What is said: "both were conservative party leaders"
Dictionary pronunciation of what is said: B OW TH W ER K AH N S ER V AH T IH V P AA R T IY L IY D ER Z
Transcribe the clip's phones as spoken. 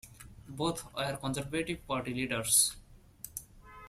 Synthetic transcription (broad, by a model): B OW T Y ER K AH N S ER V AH T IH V P AA R T IY L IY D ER S